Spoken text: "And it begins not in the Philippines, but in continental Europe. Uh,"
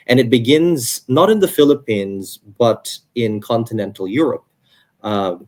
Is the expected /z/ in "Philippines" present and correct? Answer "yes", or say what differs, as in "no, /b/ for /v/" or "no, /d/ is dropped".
yes